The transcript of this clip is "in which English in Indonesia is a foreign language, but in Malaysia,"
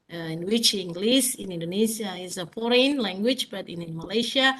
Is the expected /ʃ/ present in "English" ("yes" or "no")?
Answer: no